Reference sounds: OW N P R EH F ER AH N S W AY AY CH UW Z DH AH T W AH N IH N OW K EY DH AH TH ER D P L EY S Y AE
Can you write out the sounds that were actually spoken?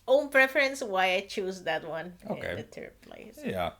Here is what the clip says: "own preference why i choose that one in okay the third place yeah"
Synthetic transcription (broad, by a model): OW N P R EH F ER AH N S W AY AY CH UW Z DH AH T W AH N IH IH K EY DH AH T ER P L EY S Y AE